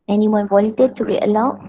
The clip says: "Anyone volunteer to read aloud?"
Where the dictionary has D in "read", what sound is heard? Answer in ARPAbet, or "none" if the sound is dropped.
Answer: none